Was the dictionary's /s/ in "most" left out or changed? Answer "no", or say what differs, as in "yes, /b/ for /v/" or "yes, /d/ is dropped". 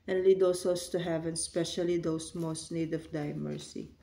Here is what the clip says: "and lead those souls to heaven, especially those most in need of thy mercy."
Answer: no